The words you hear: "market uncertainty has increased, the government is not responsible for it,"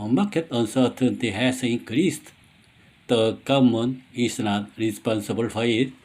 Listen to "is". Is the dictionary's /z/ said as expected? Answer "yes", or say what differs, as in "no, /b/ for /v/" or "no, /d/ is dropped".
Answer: no, /s/ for /z/